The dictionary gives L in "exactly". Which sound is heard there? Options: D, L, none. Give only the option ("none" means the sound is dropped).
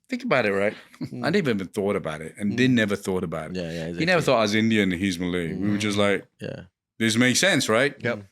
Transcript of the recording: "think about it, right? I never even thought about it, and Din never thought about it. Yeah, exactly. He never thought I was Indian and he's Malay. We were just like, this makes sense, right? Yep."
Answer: none